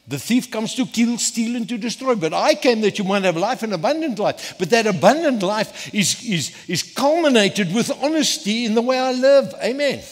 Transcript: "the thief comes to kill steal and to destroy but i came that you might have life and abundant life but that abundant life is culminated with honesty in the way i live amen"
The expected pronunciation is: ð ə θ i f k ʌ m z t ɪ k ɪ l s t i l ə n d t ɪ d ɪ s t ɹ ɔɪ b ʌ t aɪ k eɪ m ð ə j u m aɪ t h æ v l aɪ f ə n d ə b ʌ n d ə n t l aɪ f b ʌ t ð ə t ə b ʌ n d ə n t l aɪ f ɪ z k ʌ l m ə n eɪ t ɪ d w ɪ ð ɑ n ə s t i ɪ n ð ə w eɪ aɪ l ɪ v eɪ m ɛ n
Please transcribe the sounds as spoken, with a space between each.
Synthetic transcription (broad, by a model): ð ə θ i f k ʌ m z t ɪ k ɪ l s t i l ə n t ɪ d ɪ s t ɹ ɔɪ b ʌ t aɪ k eɪ m ð ə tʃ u m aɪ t h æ v l aɪ f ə n ə b ʌ n d ə n t l aɪ f b ʌ t ð ə t ə b ʌ n d ə n t l aɪ f ɪ z k ʌ l m ə n eɪ t ɪ d w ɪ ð ɑ n ə s t i ɪ n ð ə w eɪ aɪ l ɪ v eɪ m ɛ n